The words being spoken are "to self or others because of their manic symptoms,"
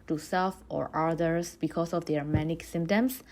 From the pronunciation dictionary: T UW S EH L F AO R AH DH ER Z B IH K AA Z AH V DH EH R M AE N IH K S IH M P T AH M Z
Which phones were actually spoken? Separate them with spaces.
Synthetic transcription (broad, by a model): T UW S EH L F AO R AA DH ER S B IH K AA S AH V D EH R M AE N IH K S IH M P T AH M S